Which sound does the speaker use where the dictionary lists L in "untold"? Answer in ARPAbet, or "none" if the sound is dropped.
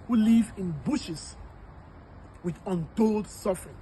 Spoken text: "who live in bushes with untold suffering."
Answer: L